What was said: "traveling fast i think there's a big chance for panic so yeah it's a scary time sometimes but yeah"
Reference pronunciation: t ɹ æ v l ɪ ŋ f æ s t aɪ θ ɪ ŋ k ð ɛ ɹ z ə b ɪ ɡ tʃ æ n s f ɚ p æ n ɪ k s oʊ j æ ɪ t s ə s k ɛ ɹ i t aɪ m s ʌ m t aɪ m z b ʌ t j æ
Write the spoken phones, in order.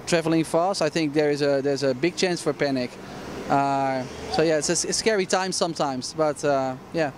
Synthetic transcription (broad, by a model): t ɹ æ v l ɪ ŋ f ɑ s t aɪ θ ɪ ŋ k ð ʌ ɹ z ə b ɪ ɡ tʃ æ n s f ɚ p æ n ɪ k s oʊ j æ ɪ t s ə s k ɛ ɹ i t aɪ m s ʌ m t aɪ m z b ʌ t j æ